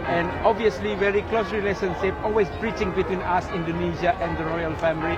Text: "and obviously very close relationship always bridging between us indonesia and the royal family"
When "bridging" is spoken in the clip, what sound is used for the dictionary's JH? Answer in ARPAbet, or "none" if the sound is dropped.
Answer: CH